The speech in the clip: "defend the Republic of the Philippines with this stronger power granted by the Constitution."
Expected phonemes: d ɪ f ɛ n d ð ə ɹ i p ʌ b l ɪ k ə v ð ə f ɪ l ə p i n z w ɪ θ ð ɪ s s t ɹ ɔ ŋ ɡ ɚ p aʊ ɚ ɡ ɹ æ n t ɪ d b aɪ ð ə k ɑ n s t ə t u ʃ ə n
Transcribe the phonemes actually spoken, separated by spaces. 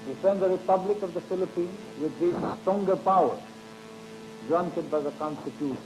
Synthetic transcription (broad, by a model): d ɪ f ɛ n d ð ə ɹ i p ʌ b l ɪ k ə v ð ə f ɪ l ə p i n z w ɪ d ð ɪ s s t ɔ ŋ ɡ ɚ p aʊ ɚ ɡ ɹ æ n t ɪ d b aɪ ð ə k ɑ n s t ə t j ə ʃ